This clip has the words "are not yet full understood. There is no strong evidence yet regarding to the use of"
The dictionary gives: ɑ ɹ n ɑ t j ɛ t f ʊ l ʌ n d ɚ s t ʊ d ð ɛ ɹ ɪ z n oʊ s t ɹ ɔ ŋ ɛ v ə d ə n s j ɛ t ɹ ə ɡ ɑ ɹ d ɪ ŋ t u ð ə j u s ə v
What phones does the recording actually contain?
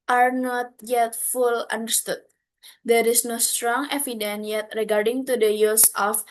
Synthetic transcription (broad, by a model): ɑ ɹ n ɑ t j ɛ t f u l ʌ n d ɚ s t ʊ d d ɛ ɹ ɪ s n oʊ s t ɹ ɔ ŋ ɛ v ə d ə n j ɛ t ɹ ə ɡ ɑ ɹ d ɪ ŋ t u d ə j u s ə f